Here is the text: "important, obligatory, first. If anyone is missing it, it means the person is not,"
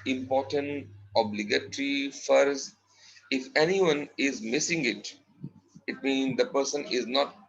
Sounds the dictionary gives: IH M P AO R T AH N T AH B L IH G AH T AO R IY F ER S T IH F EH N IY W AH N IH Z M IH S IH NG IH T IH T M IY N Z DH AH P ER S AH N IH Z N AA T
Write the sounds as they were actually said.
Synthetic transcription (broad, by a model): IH M P AO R T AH N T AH B L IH G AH T R IY F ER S IH F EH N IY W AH N IH Z M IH S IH NG IH T IH T M IY N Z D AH P ER S AH N IH Z N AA T